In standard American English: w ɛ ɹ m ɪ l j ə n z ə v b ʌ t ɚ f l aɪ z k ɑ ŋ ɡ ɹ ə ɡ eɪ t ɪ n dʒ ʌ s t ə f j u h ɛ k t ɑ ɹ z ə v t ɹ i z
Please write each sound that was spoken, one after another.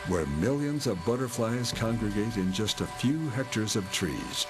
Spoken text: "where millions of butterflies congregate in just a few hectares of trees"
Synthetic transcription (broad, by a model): w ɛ ɹ m ɪ l j ə n z ə v b ʌ t ɚ f l aɪ z k ɑ ŋ ɡ ɹ ə ɡ eɪ t ɪ n dʒ ʌ s t ə f j u h ɛ k t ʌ ɹ z ə v t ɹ i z